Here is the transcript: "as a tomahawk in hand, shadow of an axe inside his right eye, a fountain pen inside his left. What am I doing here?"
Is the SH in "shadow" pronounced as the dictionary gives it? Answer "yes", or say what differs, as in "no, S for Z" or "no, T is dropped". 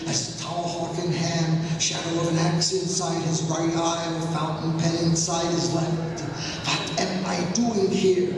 yes